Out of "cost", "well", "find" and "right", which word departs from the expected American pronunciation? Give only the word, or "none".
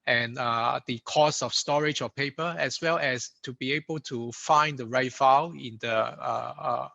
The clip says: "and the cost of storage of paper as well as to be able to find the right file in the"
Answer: cost